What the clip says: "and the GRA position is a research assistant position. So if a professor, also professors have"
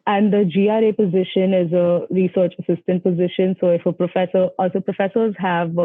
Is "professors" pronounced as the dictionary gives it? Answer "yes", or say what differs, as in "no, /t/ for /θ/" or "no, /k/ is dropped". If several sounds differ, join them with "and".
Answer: yes